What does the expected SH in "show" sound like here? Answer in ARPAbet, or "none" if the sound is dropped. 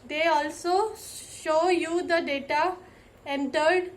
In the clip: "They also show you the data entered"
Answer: SH